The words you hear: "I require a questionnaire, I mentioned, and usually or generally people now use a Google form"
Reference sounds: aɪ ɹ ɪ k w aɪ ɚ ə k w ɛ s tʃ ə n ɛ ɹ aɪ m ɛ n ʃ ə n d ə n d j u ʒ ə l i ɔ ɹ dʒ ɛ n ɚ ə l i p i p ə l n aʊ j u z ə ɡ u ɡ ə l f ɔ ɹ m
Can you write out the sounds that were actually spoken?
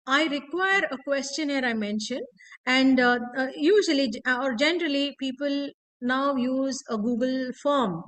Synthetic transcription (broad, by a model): aɪ ɹ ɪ k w aɪ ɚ ə k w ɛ s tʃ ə n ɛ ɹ aɪ m ɛ n ʃ ə n d ə n d j u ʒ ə l i ɔ ɹ dʒ ɛ n ɚ ə l i p i p ə l n aʊ j u z ə ɡ u ɡ ə l f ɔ ɹ m